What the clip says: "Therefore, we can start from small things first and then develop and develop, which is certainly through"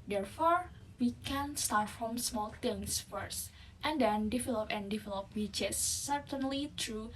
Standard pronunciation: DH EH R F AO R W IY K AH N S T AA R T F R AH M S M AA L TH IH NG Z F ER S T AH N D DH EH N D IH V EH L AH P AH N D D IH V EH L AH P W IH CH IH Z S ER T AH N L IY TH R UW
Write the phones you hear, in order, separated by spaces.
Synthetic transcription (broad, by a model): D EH R F AO R W IY K AH N S T AA R T F R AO M S M AA L T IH NG S F ER S T AH N D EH N D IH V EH L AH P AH N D D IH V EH L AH P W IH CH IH S ER T AH N L IY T R UW